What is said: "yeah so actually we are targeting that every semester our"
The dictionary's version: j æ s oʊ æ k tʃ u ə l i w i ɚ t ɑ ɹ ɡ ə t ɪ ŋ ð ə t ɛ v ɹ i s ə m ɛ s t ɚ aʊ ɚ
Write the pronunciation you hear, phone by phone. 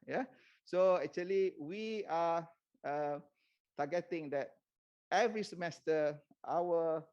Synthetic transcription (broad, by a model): j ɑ s oʊ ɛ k tʃ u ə l i w i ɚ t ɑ ɡ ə t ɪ ŋ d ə t ɛ v ɹ i s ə m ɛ s t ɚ aʊ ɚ